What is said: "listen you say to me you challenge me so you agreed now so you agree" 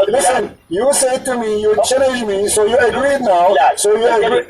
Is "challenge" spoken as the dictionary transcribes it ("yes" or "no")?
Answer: no